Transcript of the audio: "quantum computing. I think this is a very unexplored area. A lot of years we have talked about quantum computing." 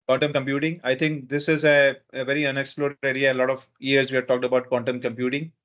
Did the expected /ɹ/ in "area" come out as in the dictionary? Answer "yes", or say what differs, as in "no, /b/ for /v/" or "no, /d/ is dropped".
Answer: no, /ɹ/ is dropped